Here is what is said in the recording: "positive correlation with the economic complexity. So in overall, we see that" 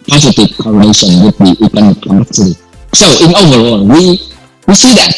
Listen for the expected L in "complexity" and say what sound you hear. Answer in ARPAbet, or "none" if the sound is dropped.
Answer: none